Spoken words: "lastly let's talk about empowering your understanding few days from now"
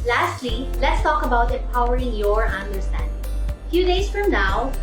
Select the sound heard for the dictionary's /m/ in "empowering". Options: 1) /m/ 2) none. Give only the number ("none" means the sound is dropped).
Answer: 2